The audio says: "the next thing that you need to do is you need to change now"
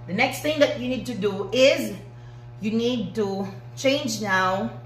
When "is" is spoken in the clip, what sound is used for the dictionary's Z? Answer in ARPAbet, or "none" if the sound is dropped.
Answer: Z